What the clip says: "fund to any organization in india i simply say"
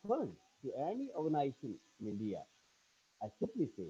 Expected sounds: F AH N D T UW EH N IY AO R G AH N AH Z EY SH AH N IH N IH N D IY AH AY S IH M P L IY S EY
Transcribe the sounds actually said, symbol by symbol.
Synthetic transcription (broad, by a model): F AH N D T UW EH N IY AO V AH N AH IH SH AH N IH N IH L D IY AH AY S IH P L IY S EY